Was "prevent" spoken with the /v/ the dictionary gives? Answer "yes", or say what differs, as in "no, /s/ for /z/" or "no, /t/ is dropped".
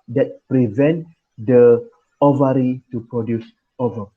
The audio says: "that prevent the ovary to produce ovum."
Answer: yes